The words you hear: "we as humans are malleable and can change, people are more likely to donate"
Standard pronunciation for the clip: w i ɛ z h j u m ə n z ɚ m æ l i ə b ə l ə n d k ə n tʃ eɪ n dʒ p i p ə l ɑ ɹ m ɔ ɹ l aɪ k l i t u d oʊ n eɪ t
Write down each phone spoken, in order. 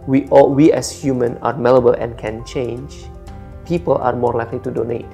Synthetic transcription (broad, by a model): w i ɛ s h j u m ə n ɑ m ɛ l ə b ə l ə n k ə n tʃ eɪ n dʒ p i p ə l ɑ ɹ m ɔ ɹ l aɪ k l i t u d oʊ n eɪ t